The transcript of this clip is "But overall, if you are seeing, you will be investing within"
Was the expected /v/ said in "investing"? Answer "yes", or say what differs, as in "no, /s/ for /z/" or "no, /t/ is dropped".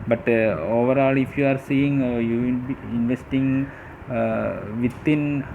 yes